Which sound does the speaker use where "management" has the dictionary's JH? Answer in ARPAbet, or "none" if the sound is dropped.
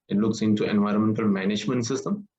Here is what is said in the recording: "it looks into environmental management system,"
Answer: JH